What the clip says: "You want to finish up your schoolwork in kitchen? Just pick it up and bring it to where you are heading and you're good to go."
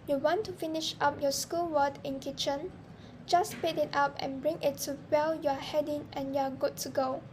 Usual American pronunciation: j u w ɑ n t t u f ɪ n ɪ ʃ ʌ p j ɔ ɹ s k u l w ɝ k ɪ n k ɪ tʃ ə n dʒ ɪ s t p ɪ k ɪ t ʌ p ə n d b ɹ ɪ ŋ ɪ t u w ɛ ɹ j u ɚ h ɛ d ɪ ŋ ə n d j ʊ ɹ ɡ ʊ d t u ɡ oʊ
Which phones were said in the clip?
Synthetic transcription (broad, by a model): j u w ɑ n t t u f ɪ n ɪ ʃ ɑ p j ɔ s k u l w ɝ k ɪ n k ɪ tʃ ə n dʒ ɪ s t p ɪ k ɪ t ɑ p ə n b ɹ ɪ ŋ ɪ t u w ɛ l j u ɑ h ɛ d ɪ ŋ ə n j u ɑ ɡ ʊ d t u ɡ oʊ